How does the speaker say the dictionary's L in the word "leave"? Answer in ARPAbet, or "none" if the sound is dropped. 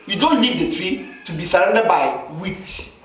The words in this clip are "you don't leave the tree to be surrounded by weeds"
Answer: N